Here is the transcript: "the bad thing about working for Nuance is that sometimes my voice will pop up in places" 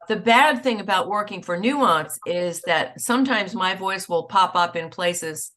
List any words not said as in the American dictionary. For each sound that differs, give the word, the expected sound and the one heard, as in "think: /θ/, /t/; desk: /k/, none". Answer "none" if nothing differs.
none